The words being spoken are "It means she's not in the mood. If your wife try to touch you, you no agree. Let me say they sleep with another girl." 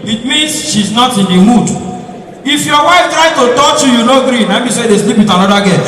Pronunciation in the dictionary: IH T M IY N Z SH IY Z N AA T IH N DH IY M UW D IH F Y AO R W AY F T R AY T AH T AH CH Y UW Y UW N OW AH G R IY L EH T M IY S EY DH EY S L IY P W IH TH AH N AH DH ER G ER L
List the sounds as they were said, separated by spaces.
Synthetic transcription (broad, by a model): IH T M IY N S SH IY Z N AA T IH N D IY M UW D IH F Y AO W AY F T R AY T AH T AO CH Y UW Y UW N OW G R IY N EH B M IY S EY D EY S L IY P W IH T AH N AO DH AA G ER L